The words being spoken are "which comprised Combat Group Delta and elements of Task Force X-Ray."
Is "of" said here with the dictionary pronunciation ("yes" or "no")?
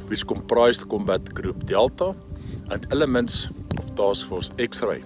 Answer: no